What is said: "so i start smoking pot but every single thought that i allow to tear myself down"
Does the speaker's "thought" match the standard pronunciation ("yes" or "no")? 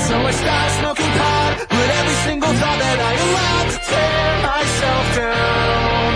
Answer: no